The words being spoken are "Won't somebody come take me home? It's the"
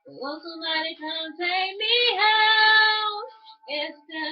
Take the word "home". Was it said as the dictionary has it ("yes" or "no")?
no